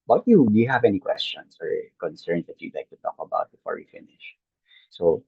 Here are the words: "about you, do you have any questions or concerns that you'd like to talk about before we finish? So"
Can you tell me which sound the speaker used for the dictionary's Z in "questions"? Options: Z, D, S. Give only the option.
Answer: S